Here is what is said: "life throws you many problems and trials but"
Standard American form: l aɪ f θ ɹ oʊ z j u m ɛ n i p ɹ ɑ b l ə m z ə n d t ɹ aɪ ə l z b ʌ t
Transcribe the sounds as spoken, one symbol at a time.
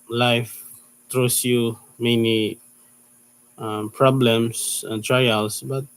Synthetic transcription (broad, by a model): l aɪ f t ɹ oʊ s j u m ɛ n i p ɹ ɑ b l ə m s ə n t ɹ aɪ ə l s b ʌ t